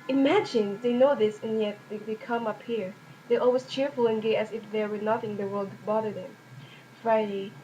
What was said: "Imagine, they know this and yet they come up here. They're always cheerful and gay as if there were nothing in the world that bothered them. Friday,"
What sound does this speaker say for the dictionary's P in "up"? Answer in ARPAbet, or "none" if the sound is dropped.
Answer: P